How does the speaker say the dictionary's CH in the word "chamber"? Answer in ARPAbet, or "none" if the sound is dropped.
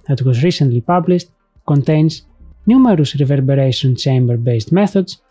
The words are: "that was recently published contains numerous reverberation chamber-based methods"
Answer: CH